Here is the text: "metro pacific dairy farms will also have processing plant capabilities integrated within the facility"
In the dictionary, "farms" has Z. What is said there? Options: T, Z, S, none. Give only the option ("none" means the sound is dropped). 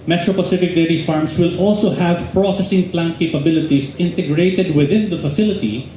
S